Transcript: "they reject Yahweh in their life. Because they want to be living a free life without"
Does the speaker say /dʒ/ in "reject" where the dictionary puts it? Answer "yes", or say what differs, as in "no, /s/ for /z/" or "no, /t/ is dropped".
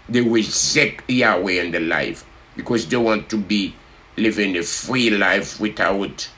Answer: no, /z/ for /dʒ/